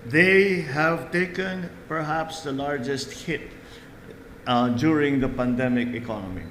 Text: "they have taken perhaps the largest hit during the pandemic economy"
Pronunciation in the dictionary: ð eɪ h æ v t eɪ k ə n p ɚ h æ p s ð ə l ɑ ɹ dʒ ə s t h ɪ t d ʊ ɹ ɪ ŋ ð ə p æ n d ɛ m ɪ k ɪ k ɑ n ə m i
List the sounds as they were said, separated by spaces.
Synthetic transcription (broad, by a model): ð eɪ h æ v t eɪ k ə n p ɚ h æ p s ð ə l ɑ ɹ dʒ ə s t h ɪ t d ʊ ɹ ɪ ŋ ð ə p æ n d ɛ m ɪ k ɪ k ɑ n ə m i